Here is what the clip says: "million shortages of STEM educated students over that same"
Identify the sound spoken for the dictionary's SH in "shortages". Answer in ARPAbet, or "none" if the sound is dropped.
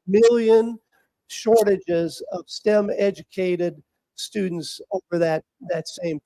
SH